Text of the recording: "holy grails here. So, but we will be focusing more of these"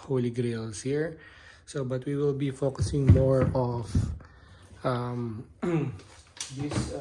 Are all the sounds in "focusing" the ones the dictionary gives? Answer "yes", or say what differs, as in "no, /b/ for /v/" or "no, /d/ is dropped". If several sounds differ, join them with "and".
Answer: yes